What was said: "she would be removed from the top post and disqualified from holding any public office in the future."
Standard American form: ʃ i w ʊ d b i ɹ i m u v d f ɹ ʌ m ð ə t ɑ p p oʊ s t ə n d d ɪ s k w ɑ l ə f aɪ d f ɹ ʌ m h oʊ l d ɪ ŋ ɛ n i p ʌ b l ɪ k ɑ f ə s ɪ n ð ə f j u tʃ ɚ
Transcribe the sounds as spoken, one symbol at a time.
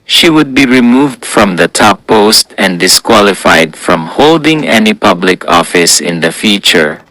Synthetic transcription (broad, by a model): ʃ i w ʊ d b i ɹ i m u v d f ɹ ʌ m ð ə t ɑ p p oʊ s t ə n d d ɪ s k w ɑ l ə f aɪ d f ɹ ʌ m h oʊ l d ɪ ŋ ɛ n i p ʌ b l ɪ k ɑ f ə s ɪ n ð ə f j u tʃ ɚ